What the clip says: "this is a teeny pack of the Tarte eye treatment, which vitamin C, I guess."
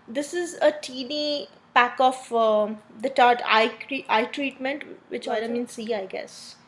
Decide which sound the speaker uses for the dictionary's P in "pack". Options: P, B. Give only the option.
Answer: P